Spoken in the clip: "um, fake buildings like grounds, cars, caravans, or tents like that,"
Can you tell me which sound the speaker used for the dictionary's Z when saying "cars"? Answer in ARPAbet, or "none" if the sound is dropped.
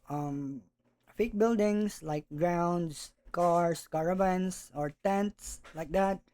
S